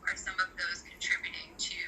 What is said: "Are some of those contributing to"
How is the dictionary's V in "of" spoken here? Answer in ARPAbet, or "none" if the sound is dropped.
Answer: V